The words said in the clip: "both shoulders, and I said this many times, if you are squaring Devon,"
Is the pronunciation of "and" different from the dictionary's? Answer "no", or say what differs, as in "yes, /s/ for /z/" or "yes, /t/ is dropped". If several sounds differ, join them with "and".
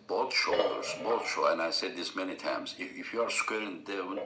yes, /l/ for /n/